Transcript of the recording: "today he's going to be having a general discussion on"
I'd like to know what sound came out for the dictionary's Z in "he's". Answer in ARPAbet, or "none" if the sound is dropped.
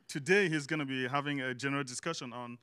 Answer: Z